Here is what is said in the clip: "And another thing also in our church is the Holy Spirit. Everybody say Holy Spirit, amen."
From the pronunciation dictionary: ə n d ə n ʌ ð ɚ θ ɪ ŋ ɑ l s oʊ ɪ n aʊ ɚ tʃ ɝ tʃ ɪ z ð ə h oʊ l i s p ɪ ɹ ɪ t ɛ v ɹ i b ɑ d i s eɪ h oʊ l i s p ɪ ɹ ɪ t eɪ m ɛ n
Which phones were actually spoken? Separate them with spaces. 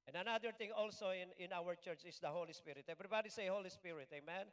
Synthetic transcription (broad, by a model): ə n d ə n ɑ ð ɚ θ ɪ ŋ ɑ l s oʊ ɪ n aʊ ɚ tʃ ɝ tʃ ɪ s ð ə h oʊ l i s p ɪ ɹ ɪ t ɛ b ɹ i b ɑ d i s eɪ h oʊ l i s p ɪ ɹ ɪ t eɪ m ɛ n